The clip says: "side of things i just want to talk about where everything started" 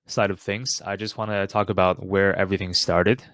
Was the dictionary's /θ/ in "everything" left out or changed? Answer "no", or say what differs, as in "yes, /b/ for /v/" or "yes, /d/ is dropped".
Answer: no